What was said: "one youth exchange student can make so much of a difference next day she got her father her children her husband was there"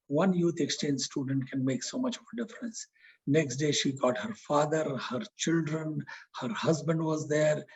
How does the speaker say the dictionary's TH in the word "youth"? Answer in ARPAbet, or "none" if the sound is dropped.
T